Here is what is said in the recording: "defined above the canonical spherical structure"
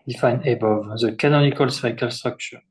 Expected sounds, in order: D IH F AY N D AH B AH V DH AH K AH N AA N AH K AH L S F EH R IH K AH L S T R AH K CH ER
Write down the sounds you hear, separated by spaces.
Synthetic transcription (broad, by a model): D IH F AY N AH B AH V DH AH K AH N AA N AH K AH L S EH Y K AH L S T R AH K CH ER